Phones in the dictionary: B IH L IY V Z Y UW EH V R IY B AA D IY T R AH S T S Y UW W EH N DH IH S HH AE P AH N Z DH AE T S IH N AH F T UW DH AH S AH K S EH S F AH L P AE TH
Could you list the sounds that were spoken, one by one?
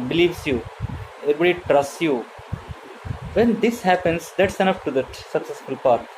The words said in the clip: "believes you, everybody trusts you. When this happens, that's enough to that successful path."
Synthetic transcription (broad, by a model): B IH L IY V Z Y UW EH R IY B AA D IY T R AH S T S Y UW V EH N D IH S HH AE P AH N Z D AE T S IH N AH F T UW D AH S AH K S EH S F AH L P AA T